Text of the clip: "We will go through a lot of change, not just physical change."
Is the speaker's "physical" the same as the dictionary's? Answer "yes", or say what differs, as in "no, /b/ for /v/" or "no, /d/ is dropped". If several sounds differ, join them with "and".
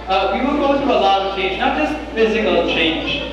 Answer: yes